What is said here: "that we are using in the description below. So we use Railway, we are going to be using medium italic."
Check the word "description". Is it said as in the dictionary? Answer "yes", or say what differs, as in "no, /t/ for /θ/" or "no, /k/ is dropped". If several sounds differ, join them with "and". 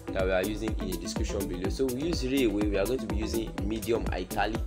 no, /ɹ/ is dropped